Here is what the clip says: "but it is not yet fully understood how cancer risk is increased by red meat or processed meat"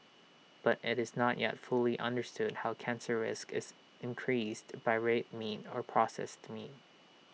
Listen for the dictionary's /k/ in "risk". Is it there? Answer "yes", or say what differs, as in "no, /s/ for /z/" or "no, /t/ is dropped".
yes